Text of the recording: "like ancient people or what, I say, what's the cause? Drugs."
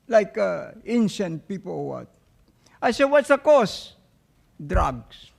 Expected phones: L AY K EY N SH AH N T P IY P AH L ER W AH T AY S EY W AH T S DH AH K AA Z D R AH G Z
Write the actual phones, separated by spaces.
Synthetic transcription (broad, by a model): L AY K EY N SH AH N T P IY P AH L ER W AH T AY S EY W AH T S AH K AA S D R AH G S